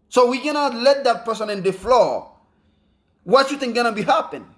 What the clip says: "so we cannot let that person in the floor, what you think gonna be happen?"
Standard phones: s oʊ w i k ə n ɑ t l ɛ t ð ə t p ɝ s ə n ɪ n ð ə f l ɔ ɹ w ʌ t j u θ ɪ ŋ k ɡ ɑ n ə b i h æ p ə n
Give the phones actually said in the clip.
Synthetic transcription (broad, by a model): s oʊ w i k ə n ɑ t l ɛ t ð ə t p ɝ s ə n ɪ n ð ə f l ɔ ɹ w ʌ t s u t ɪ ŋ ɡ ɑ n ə b i h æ p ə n